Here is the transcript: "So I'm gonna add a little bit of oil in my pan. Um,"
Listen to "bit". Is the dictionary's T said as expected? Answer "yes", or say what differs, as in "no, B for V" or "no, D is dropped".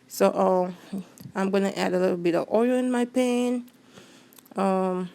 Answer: yes